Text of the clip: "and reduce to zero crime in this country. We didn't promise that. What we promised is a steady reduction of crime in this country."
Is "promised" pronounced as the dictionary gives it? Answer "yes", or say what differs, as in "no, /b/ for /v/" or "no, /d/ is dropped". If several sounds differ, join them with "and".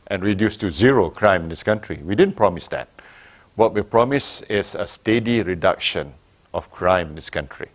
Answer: no, /t/ is dropped